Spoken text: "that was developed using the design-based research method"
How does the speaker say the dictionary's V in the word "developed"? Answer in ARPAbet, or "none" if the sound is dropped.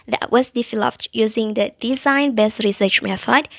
F